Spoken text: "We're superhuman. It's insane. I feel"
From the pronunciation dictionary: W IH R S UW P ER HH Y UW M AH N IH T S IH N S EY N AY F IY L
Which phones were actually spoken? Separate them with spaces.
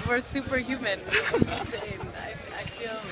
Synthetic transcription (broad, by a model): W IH R S UW P ER HH Y UW M AH N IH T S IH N AA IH AY F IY L